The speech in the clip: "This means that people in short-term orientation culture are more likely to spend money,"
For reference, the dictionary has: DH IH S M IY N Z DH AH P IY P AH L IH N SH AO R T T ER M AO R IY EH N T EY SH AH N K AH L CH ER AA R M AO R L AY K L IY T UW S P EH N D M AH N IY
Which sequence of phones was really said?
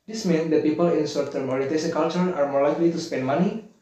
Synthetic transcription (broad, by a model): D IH S M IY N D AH P IY P AH L IH N S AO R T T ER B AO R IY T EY S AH K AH L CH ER AA R M AO R L AY K L IY T UW S P EH N D M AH N IY